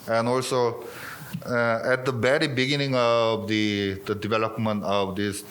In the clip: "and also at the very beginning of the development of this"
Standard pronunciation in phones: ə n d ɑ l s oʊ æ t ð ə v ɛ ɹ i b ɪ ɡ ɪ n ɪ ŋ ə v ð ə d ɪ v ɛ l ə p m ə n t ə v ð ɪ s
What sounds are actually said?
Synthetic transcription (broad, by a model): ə n ɑ l s oʊ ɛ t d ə b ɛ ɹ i b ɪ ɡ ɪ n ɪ ŋ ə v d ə d ɪ v ɛ l ə p m ə n t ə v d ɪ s